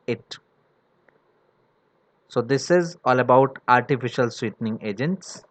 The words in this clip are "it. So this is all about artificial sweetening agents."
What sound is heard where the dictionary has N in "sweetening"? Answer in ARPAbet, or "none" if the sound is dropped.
N